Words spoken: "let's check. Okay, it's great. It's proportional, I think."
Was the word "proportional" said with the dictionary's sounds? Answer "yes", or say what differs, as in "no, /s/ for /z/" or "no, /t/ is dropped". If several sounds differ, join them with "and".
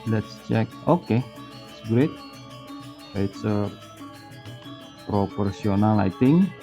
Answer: no, /s/ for /ʃ/